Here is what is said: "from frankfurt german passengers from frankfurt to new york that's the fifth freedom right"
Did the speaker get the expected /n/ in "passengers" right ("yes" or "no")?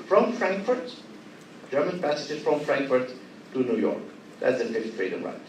no